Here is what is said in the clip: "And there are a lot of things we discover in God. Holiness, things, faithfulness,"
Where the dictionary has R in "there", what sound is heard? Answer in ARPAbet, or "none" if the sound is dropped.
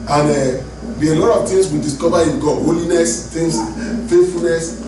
W